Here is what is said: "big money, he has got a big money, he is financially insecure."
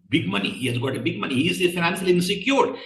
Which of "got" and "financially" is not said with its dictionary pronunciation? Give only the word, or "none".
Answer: financially